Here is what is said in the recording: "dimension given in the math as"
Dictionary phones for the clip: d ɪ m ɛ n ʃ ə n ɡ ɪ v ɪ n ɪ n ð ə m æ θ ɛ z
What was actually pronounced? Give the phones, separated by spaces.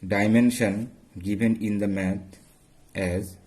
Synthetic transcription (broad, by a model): d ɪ m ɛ n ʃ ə n ɡ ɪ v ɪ n ɪ n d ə m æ t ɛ z